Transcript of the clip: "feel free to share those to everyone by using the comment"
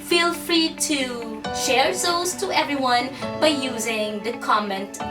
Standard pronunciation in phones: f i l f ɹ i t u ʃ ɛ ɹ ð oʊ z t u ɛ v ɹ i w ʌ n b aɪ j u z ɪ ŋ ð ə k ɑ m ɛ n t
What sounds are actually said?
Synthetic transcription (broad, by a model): f i l f ɹ i t u ʃ ɛ ɹ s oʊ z t u ɛ v ɹ i w ʌ n b aɪ j u z ɪ ŋ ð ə k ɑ m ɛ n t